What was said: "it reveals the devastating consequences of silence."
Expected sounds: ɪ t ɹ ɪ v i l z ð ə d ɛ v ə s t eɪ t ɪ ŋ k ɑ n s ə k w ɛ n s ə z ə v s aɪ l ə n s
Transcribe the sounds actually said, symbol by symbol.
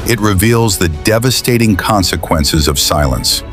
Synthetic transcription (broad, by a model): ɪ t ɹ ɪ v i l z ð ə d ɛ v ə s t eɪ t ɪ ŋ k ɑ n s ə k w ɛ n s ə z ə v s aɪ l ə n s